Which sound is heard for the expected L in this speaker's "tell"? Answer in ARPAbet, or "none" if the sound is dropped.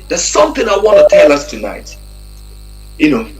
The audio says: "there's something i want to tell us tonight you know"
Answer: L